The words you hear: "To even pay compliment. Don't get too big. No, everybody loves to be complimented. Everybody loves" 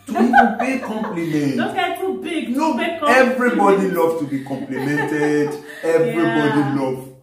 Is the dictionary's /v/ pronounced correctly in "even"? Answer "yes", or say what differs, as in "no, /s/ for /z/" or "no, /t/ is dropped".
no, /v/ is dropped